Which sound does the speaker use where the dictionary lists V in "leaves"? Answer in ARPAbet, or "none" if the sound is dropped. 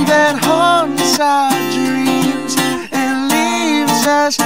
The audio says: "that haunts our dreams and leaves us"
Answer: V